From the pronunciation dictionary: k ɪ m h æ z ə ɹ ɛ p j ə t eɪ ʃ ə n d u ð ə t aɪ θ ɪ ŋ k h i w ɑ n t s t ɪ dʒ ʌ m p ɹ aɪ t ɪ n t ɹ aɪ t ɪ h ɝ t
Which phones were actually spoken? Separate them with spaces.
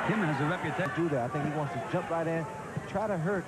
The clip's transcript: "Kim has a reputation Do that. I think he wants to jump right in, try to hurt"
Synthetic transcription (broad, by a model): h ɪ m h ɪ z ə ɹ ɛ p j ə t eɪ d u ð ə t aɪ θ ɪ ŋ k h i w ɑ n t s t ɪ dʒ ʌ m p ɹ aɪ t ɪ n t ɹ aɪ t ɪ h ɝ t